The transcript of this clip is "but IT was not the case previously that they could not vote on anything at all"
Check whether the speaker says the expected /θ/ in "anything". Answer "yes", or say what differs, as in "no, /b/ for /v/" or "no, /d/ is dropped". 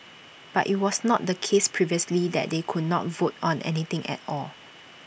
no, /t/ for /θ/